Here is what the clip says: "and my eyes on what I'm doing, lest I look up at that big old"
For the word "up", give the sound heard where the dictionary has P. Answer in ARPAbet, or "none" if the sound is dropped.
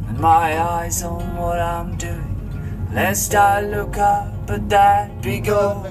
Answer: B